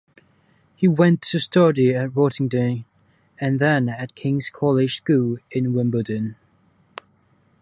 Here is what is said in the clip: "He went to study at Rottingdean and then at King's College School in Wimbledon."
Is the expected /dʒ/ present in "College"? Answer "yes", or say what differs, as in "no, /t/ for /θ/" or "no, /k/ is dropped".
no, /ʒ/ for /dʒ/